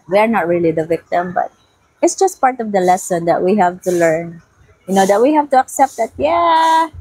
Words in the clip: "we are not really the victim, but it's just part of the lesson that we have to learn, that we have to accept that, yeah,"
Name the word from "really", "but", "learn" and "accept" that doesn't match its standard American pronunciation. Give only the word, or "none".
none